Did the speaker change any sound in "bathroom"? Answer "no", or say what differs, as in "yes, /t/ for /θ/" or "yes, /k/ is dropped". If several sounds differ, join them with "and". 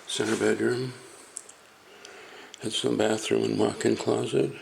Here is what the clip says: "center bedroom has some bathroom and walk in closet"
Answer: no